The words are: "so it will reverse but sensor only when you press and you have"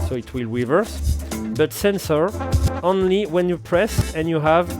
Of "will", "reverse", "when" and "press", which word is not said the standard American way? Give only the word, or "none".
reverse